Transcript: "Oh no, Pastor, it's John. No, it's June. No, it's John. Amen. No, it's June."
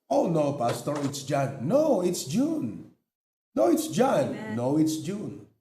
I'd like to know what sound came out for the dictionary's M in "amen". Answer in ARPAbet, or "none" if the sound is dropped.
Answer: none